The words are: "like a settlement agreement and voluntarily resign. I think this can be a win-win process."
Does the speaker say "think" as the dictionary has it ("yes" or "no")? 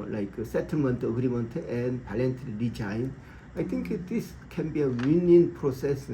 no